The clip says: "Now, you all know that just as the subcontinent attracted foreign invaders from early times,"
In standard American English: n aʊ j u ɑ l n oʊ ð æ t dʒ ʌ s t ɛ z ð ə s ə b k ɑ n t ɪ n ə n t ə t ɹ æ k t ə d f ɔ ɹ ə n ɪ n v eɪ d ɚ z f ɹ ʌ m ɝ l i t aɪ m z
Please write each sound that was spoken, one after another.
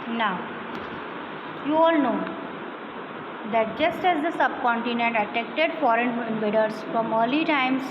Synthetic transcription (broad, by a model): n aʊ j u ɑ l n oʊ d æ t dʒ ʌ s t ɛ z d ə s ə b k ɑ n t ɪ n ə n t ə t ɛ k t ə d f ɔ ɹ ə n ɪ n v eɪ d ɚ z f ɹ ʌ m ɝ l i t aɪ m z